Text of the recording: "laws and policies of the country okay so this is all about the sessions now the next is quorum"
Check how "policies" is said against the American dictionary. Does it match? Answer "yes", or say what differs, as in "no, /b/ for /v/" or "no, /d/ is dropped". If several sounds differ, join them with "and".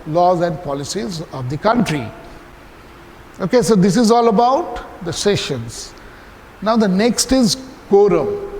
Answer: yes